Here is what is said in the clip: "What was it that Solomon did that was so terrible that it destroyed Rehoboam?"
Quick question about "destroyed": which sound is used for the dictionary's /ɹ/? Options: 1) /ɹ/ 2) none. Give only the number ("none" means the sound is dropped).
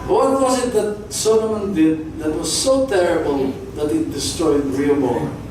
1